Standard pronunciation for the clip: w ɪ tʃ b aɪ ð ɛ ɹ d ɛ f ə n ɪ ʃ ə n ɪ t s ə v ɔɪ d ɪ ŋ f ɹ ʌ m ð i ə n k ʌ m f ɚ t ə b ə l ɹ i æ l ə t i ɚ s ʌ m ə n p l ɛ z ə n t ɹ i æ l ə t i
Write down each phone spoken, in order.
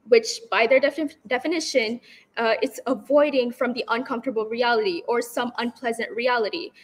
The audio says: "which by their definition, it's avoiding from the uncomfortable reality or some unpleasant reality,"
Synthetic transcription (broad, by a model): w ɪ tʃ b aɪ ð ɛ ɹ d ɛ f ə n ɪ ʃ ə n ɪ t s ə v ɔɪ d ɪ ŋ f ɹ ʌ m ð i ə n k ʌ m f t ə b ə l ɹ i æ l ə t i ɚ s ʌ m ə n p l ɛ z ə n t ɹ i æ l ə t i